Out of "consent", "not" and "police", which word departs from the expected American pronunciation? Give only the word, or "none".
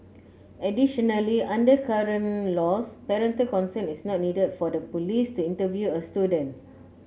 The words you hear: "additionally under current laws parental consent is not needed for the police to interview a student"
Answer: consent